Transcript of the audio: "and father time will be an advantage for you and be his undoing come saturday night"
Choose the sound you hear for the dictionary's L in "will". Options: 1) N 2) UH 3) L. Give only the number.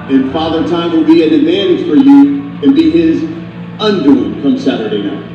1